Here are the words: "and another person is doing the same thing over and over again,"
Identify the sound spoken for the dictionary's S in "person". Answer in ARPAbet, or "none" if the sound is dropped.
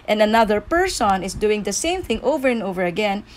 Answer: S